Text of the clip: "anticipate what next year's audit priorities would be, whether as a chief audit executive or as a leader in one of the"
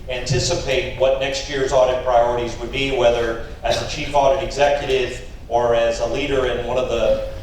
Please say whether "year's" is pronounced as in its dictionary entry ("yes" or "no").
yes